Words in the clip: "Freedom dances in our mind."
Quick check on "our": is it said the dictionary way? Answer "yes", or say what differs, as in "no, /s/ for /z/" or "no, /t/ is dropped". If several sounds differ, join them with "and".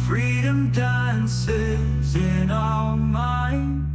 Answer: no, /l/ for /ɹ/